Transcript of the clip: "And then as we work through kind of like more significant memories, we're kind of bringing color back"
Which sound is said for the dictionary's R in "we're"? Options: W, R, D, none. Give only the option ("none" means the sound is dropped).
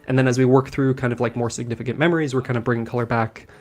R